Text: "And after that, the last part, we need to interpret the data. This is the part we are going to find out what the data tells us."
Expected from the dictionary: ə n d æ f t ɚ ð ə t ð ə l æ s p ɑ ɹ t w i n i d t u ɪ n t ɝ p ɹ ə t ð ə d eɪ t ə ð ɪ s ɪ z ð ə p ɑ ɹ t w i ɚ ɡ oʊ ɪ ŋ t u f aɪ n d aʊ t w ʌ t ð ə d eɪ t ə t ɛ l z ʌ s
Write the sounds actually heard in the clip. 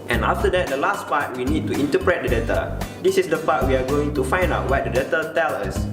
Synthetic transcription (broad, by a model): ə n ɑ f t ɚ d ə t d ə l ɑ s p ɑ t w i n i d t u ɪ n t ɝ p ɹ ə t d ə d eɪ t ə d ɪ s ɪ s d ə p ɑ t w i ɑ ɡ oʊ ɪ ŋ t u f aɪ n d aʊ t w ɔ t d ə d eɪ t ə t ɛ l ʌ s